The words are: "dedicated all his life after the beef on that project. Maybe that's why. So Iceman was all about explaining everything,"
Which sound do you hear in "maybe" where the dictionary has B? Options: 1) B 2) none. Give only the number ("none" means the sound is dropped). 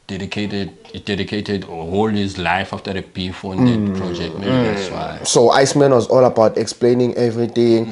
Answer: 2